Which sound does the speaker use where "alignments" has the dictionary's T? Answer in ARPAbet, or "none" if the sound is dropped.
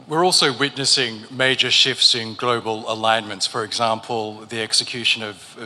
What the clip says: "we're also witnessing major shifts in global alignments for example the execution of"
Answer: T